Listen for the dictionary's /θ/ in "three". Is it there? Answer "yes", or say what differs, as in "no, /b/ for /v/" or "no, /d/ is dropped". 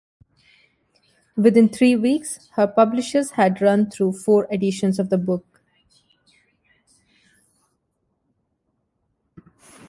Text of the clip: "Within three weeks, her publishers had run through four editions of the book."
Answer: no, /t/ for /θ/